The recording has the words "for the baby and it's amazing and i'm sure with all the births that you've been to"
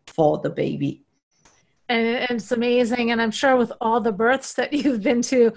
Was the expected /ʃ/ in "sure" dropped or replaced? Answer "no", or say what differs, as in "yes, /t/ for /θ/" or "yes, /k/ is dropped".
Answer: no